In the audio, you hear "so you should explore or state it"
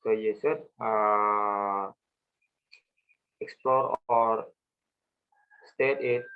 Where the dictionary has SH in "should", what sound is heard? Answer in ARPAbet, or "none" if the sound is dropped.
S